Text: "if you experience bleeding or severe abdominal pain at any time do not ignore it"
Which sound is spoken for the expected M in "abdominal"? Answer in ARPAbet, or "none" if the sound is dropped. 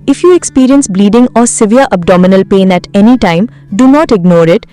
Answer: M